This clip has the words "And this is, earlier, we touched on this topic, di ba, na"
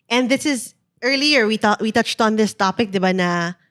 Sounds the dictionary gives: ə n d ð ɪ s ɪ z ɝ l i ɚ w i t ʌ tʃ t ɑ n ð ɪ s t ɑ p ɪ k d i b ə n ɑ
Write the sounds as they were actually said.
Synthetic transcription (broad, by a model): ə n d ð ɪ s ɪ z ɝ l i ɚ w i t ʌ tʃ t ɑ n ð ɪ s t ɑ p ɪ k d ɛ b ə n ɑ